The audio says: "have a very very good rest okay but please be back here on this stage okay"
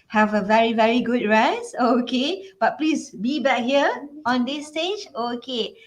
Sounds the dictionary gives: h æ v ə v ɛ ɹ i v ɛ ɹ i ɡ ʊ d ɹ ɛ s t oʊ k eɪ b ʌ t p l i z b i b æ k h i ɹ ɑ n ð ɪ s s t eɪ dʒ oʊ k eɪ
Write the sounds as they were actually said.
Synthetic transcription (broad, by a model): h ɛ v ə v ɛ ɹ i v ɛ ɹ i ɡ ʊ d ɹ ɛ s oʊ k eɪ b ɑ t p l i s b i b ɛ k h i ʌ ɑ n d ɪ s s t eɪ dʒ oʊ k eɪ